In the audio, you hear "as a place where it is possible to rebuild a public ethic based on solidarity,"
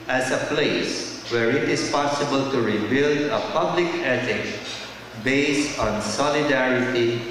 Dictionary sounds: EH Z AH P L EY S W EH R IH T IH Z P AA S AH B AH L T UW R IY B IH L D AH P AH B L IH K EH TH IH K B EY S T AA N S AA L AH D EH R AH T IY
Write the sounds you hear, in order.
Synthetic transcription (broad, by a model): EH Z AH P L EY S W EH R IH T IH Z P AA S AH B AH L T UW R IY B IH L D AH P AH B L IH K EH T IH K B EY S T AA N S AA L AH D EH R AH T IY